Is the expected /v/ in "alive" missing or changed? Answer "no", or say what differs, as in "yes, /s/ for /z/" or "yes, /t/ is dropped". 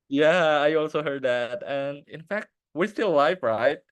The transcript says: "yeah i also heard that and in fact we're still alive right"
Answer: yes, /f/ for /v/